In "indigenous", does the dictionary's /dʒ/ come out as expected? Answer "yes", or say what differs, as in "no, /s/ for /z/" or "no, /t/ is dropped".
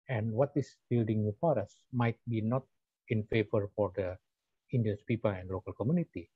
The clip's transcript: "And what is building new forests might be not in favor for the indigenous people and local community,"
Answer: no, /dʒ/ is dropped